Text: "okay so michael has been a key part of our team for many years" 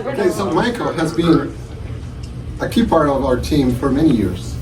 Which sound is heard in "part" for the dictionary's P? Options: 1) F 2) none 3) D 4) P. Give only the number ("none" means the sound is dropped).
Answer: 4